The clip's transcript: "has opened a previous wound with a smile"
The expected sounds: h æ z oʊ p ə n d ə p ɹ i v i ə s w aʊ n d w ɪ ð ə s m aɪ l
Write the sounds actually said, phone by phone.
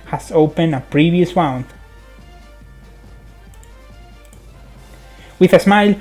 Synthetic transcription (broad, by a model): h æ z oʊ p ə n ə p ɹ i v i ə s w aʊ n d w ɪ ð ə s m aɪ l